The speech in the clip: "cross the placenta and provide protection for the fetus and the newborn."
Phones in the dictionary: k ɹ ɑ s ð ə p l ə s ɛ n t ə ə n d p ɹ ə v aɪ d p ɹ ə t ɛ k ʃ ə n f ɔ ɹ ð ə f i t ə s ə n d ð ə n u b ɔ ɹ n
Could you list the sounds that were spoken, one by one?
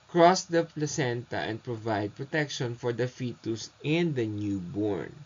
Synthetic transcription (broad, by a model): k ɹ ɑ s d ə p l ə s ɛ n t ə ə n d p ɹ ə v aɪ d p ɹ ə t ɛ k ʃ ə n f ɔ ɹ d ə f i t ə s ə n d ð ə n u b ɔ ɹ n